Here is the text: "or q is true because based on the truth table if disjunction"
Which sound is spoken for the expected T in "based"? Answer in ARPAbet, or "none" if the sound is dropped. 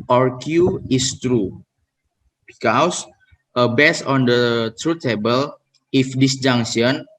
none